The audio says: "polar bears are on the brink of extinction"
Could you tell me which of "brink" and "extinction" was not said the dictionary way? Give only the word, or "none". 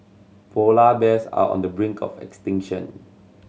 none